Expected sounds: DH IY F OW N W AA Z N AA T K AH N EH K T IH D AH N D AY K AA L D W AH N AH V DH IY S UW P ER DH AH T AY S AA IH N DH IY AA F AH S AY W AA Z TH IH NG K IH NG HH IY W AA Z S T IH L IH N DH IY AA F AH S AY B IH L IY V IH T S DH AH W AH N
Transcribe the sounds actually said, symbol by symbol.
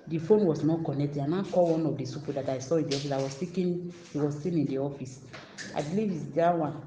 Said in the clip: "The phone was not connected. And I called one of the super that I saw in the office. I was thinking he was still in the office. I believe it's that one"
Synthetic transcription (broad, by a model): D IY F OW N W AA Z N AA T K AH N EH K T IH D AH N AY K AA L W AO N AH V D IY S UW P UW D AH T AY S AA IH N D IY AA F AH S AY W AA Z S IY K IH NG HH IY W AA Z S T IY N IH N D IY AA F AH S AY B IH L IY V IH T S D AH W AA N